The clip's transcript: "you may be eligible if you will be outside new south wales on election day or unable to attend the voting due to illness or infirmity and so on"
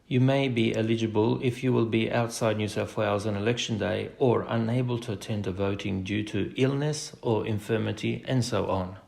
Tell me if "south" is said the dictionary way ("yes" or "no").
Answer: no